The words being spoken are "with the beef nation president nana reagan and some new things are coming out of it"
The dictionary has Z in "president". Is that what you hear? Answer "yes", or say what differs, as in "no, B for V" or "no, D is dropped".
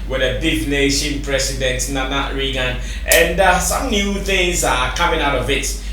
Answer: no, S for Z